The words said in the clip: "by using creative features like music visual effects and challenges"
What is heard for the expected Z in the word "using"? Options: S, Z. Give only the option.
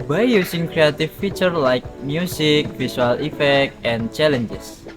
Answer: S